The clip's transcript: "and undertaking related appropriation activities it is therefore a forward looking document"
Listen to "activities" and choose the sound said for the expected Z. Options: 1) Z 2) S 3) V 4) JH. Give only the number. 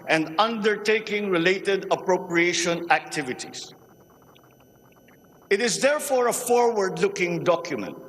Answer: 2